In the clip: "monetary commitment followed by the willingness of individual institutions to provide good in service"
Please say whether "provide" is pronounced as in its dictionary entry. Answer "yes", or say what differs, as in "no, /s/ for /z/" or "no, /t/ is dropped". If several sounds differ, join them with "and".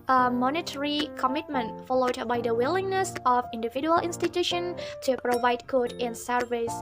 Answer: yes